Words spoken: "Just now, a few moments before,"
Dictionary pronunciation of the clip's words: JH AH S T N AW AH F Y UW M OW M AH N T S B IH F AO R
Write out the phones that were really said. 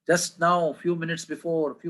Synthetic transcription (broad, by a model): JH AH S T N AW AH F Y UW M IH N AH T S B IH F AO R